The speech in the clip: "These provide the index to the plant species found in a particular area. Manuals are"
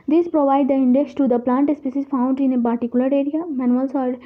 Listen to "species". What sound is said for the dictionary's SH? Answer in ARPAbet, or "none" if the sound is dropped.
S